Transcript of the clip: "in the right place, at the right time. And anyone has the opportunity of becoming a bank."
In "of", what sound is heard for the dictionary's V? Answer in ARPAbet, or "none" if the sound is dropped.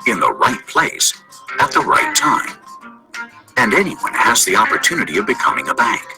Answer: V